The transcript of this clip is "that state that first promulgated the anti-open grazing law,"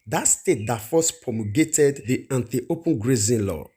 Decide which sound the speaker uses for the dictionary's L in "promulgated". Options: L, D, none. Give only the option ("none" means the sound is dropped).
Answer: none